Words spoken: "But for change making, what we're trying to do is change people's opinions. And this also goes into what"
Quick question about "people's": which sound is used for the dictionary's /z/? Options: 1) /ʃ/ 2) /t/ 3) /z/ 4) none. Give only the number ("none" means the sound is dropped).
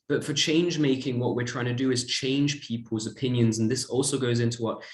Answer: 3